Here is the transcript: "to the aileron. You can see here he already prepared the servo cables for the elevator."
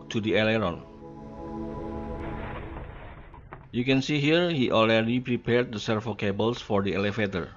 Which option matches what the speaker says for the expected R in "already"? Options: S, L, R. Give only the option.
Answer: L